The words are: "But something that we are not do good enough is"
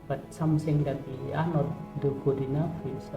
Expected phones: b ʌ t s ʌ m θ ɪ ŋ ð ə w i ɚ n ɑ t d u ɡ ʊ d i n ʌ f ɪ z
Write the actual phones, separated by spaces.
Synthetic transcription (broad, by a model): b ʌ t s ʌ m s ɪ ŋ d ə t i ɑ n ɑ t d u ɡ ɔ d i n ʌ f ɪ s